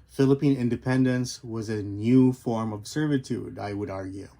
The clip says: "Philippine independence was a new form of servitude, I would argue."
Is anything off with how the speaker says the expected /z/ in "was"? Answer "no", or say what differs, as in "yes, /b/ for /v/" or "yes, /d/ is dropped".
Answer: no